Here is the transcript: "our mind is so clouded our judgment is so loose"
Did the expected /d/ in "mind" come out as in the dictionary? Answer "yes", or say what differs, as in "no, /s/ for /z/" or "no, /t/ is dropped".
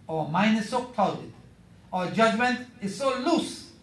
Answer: no, /d/ is dropped